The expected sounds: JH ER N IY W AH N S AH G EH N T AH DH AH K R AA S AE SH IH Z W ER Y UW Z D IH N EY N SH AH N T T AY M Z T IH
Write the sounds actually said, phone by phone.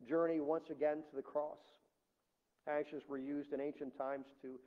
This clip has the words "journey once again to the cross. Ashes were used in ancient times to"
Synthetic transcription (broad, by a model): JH ER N IY W AH N S AH G EH N T AH DH AH K R AA S AE SH IH Z W ER Y UW Z D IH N EY N SH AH N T T AY M Z T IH